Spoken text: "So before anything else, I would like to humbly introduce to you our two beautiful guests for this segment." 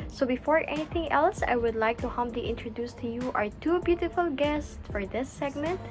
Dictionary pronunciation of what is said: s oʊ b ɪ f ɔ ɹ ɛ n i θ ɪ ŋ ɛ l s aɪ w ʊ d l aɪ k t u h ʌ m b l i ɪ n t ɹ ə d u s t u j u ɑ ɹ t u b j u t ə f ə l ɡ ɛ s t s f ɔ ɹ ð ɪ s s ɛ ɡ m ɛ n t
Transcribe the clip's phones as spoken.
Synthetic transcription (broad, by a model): s oʊ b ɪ f ɔ ɹ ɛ n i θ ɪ ŋ ɛ l s aɪ w ʊ d l aɪ k t u h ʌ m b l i ɪ n t ɹ ə d u s t u j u ɑ ɹ t u b j u t ə f ə l ɡ ɛ s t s f ɔ ɹ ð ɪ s s ɛ ɡ m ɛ n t